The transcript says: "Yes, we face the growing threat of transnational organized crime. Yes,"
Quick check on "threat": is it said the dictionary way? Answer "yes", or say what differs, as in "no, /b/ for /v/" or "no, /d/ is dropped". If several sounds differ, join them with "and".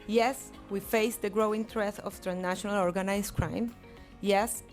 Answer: no, /t/ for /θ/